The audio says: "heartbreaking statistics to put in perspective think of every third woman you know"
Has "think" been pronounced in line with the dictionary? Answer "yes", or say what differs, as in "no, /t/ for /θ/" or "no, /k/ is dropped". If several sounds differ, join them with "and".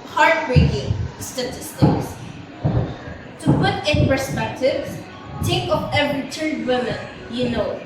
no, /t/ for /θ/ and /ŋ/ is dropped